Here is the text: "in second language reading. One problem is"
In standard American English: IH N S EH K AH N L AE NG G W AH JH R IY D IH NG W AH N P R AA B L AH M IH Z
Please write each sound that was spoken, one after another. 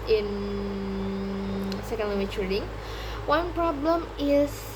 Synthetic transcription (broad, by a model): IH N S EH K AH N W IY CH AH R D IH NG W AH N P R AA B L AH M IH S